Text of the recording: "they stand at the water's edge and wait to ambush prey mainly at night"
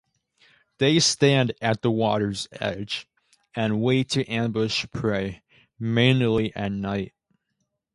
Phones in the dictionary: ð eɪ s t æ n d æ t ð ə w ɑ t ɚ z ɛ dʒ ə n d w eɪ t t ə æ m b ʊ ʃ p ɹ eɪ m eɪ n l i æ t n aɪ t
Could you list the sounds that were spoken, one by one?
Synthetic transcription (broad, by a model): ð eɪ s t æ n d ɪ t ð ə w ɑ t ɚ z ɛ dʒ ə n w eɪ t t æ m b ʊ ʃ p ɹ eɪ m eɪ n l i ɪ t n aɪ t